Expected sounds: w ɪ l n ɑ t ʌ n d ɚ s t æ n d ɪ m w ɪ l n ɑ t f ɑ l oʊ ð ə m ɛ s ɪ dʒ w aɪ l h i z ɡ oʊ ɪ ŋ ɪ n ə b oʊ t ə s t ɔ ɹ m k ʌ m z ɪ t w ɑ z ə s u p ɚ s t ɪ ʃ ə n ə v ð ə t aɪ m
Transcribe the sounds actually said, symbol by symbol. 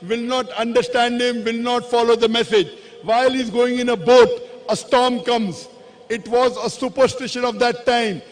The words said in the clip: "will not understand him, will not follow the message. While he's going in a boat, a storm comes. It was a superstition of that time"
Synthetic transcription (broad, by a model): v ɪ l n ɑ t ʌ n d ɚ s t æ n d ɪ m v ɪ l n ɑ t f ɑ l oʊ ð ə m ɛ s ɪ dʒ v aɪ l h i z ɡ oʊ ɪ ŋ ɪ n ə b oʊ t ə s t ɔ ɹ m k ʌ m z ɪ t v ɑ z ə s u p ɚ s t ɪ ʃ ə n ə v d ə t aɪ m